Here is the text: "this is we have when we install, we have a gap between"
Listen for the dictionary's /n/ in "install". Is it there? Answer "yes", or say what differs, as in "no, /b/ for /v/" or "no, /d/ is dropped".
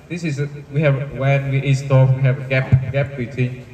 no, /n/ is dropped